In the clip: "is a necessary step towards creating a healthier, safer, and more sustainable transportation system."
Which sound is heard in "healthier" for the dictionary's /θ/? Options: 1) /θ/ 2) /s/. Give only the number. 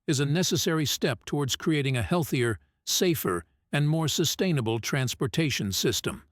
1